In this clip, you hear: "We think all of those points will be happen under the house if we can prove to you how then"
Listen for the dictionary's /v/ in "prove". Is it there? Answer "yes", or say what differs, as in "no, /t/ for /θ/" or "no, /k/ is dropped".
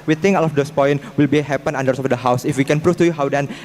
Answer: no, /f/ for /v/